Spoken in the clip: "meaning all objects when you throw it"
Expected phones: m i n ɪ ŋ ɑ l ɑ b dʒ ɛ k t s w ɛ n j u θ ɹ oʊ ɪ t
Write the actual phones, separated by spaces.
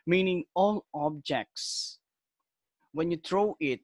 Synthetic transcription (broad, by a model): m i n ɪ ŋ ɑ l ɑ b dʒ ɛ k t s w ɛ n j u t ɹ oʊ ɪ t